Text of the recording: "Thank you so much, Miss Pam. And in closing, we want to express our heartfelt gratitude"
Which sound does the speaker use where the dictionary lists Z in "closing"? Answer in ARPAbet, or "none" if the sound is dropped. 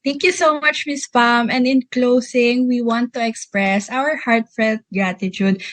S